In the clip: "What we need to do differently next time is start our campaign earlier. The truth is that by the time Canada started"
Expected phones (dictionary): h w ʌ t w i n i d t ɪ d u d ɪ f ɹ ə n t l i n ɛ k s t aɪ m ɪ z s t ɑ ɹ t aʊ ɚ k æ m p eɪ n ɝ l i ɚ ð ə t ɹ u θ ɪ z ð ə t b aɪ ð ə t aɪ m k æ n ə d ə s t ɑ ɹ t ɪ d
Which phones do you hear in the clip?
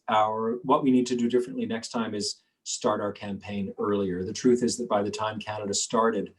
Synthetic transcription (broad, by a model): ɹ w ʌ t w i n i d t ɪ d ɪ d ɪ f ɹ ə n t l i n ɛ k s t aɪ m ɪ z s t ɑ ɹ t aʊ ɚ k æ m p eɪ n ɝ l i ɚ ð ə t ɹ u θ ɪ z ð ə t b aɪ ð ə t aɪ m k æ n ə d ə s t ɑ ɹ t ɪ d